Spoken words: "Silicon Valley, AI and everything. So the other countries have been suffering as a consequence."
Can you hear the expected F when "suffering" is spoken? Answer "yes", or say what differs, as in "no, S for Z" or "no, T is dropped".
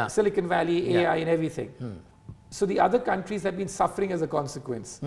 yes